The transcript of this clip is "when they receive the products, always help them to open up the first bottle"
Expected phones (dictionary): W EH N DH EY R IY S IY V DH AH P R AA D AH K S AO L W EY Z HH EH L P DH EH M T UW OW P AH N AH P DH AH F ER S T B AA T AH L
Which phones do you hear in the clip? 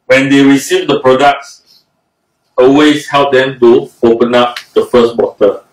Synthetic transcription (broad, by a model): W EH N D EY R IY S IY V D AH P R AA D AH K S AO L W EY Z HH EH L P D EH M T UW OW P AH N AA P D AH F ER S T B AA T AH